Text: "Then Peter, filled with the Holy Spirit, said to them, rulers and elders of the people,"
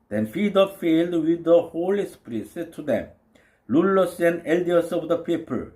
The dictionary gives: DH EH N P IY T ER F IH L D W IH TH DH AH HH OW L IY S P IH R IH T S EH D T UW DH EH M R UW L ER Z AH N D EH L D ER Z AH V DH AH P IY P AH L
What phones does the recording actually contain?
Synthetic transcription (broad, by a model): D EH N F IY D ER F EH L D W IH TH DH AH HH OW L IY S P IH R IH T S EH D T UW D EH M L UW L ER S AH N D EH L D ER S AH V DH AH P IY P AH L